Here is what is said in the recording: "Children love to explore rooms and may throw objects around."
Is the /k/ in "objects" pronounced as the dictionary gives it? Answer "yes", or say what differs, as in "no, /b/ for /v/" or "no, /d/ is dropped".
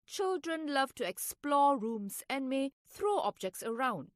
yes